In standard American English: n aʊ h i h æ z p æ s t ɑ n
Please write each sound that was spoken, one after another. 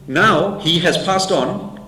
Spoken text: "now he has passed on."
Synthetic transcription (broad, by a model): n aʊ h i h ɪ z p æ s t n